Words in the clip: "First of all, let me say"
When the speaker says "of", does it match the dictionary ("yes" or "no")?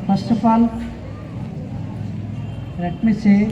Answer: no